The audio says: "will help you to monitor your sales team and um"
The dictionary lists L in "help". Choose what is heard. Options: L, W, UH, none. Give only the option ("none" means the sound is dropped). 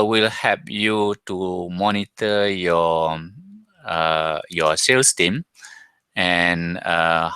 none